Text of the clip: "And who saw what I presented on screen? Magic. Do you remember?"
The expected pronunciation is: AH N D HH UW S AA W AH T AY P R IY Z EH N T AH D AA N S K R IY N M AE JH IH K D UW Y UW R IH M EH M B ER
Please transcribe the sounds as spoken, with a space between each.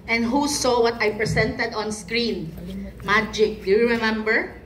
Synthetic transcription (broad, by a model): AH N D HH UW S AA W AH T AY P R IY S EH N T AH D AA N S K R IY N M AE JH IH K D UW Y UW R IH M EH M B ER